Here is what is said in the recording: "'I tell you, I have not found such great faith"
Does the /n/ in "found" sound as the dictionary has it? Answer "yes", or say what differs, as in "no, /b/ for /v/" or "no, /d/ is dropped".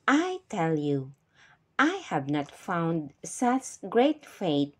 yes